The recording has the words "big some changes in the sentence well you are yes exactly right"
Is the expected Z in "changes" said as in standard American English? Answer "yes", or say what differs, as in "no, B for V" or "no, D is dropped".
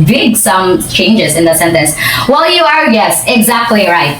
yes